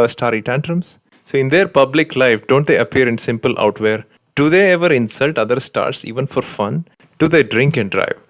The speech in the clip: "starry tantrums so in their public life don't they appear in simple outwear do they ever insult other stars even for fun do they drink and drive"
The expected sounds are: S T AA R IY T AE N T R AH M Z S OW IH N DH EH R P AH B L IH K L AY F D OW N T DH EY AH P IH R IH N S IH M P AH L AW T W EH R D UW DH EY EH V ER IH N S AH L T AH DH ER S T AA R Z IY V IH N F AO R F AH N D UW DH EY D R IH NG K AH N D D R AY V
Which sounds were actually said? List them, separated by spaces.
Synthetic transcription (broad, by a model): S T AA R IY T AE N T R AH M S S OW IH N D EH R P AH B L IH K L AY F D OW N T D EY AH P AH R IH N S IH M P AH L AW T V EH R D UW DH EY EH V ER IH N S AH L T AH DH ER S T AA R S IY V IH N F AO R F AH N D UW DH EY D R IH NG K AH N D D R AY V